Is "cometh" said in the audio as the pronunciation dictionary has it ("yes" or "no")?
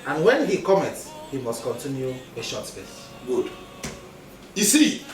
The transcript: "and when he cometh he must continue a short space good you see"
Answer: no